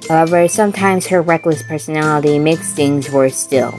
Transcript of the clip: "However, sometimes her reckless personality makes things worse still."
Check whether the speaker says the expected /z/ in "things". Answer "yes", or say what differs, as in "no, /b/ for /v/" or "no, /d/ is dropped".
yes